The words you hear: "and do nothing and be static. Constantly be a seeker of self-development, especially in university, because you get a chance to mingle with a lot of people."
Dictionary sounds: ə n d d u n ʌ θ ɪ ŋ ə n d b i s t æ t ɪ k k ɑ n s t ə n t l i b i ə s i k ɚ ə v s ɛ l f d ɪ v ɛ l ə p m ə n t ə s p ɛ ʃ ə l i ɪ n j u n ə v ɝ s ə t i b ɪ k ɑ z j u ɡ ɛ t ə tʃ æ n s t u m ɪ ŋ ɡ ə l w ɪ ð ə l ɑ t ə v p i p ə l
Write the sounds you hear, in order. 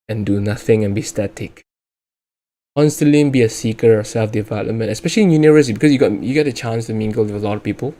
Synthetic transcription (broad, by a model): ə n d d u n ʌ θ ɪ ŋ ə n b i s t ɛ t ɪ k k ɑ n s t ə n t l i b i ə s i k ɚ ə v s ɛ l f d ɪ v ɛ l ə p m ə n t ə s p ɛ ʃ ə l i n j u n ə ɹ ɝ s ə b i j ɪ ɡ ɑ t j u ɡ ɛ t ə tʃ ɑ n s t u m ɪ ŋ ɡ ə l w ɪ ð ə l ɑ t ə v p i p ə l